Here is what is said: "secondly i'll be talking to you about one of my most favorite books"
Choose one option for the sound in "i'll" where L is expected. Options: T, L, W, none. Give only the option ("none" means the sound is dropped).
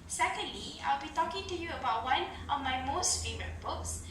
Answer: L